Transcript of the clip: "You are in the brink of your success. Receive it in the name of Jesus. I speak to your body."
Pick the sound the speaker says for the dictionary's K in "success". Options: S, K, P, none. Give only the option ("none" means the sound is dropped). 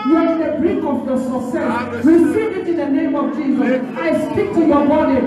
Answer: none